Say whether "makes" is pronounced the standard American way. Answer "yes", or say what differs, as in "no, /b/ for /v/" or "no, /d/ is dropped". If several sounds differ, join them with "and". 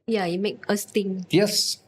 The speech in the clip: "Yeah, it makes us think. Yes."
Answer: no, /s/ is dropped